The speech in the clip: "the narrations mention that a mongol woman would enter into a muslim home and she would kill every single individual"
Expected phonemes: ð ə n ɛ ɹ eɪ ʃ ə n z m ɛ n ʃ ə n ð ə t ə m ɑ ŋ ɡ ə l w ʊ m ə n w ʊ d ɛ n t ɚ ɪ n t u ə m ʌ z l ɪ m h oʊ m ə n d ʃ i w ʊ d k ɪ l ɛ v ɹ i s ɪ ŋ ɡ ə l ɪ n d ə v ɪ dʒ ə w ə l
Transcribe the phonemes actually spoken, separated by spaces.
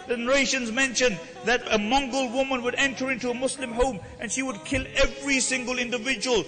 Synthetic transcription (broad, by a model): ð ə n ɛ ɹ eɪ ʃ ə n z m ɛ n ʃ ə n ð ə t ə m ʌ ŋ ɡ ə l w ʊ m ə n w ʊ d ɛ n t ɚ ɪ n t u ə m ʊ s l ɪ m h oʊ m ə n ʃ i w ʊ d k ɪ l ɛ v ɹ i s ɪ ŋ ɡ ə l ɪ n d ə v ɪ dʒ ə w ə l